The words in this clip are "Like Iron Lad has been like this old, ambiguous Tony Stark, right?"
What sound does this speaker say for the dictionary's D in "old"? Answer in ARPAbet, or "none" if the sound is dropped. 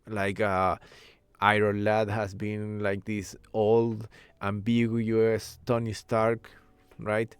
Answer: D